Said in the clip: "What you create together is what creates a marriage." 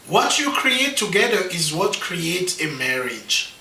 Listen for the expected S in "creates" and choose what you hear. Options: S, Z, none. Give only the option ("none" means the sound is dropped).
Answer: none